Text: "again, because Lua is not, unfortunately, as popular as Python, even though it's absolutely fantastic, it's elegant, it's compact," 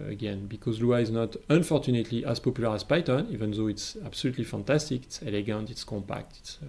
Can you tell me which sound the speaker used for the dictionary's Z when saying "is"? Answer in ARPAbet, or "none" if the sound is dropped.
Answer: Z